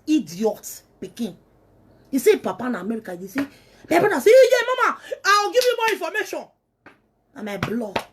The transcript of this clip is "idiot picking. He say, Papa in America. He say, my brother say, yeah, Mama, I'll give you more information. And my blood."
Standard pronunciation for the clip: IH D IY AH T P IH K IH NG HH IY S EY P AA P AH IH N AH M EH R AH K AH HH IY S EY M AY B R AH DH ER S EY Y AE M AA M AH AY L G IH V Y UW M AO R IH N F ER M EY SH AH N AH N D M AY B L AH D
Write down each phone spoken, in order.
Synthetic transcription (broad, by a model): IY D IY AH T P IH K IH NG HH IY S EY P AA P AH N AH M EH R AH K AH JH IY S EY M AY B AA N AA S EY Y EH M AA M AH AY W G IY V Y UW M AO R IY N F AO M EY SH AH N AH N M AY B L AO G